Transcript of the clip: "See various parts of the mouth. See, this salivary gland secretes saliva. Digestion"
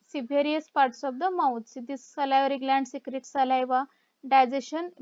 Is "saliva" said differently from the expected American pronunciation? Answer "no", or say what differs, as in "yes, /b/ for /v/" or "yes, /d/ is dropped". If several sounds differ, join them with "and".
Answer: no